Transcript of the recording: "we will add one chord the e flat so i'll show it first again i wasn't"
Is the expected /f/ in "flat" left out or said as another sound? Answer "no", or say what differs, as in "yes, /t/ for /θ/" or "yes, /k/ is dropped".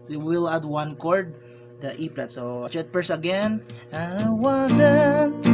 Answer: yes, /p/ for /f/